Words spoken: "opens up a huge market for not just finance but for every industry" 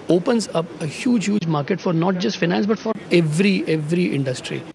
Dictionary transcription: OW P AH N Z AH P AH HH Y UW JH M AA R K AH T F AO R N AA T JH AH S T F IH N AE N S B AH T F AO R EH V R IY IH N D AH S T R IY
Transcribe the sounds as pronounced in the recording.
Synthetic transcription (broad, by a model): OW P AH N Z AH P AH HH Y UW JH M AA R K AH T F AO R N AA T JH AH S T F IH N AE N S B AH T F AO R EH V R IY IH N D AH S T R IY